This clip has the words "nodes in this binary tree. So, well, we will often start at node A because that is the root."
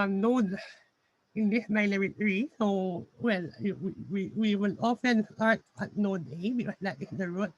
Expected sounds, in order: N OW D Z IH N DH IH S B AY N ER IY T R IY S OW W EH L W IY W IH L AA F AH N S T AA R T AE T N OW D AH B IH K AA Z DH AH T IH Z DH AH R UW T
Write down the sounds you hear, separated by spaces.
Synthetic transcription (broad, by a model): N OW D IH N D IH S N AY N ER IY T R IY S OW W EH L W IY W IH L AA F AH N S T AA R T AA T N OW D AH B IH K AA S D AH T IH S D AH R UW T